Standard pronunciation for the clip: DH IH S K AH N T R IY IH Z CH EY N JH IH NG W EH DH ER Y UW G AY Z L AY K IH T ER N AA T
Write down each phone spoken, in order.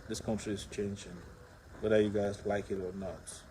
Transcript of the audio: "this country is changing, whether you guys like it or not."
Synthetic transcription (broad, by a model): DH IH S K AH N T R IY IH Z CH EY N JH IH NG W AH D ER Y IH G AY Z L AY K IH T ER N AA T